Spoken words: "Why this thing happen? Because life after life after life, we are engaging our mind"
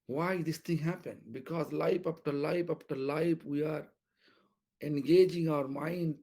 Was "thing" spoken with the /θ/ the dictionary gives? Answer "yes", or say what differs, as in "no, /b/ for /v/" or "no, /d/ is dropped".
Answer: no, /t/ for /θ/